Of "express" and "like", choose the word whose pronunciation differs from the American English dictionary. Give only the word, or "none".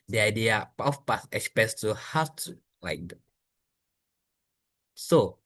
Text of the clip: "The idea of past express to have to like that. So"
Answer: express